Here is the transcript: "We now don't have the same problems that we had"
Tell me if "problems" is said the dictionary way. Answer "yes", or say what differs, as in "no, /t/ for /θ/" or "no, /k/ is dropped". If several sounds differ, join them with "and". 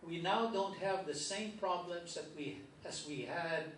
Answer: yes